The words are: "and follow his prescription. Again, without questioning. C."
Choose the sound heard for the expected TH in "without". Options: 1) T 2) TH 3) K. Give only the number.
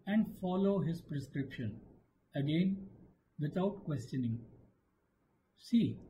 1